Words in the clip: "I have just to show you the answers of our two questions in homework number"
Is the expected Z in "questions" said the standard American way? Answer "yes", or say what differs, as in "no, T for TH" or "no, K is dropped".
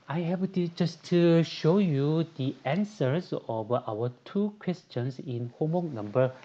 no, S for Z